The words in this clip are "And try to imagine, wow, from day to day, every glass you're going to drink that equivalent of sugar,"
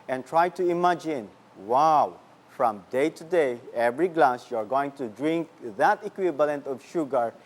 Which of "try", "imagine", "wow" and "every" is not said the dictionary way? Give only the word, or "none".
none